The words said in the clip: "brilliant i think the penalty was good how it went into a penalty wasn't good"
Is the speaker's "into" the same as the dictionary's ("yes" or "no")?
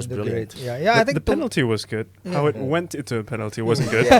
yes